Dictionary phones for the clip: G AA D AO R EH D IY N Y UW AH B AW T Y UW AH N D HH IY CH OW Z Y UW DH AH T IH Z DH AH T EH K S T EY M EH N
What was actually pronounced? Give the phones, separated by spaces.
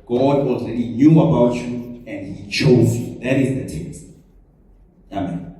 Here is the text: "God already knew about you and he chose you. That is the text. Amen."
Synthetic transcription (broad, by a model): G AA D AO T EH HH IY N Y UW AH B AW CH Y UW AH N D HH IY CH OW Z Y UW DH AH T IH Z DH AH T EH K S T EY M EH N